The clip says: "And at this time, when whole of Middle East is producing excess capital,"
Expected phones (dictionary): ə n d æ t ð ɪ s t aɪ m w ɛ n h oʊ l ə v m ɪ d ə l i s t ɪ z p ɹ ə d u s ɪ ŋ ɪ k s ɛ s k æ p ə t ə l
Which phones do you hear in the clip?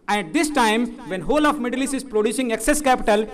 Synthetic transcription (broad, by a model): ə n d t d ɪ s t aɪ m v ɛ n h oʊ l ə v m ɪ d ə l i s ɪ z p ɹ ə d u s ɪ ŋ ɪ k s ɛ s k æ p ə t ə l